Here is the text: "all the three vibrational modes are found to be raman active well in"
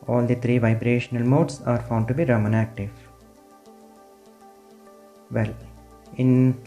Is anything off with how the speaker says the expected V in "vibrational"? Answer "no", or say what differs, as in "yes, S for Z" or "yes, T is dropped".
no